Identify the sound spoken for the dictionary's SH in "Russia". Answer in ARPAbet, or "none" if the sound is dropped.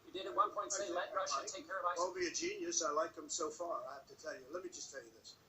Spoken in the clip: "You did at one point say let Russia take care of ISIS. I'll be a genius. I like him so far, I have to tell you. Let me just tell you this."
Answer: none